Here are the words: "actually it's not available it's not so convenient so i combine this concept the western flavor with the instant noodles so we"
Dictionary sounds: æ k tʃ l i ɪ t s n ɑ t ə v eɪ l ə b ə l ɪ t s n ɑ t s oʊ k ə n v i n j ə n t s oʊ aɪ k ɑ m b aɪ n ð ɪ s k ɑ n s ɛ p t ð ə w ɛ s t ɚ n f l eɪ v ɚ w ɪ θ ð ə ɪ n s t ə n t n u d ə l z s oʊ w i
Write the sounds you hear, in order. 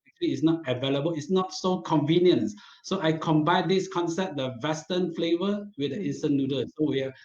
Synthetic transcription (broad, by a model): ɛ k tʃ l i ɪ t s n ɑ t ə v eɪ l ə b ə l ɪ t s n ɑ t s oʊ k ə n v i n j ə n s oʊ aɪ k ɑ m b aɪ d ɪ s k ɑ n s ɛ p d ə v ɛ s t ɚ n f l eɪ v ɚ w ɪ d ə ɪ n s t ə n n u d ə s oʊ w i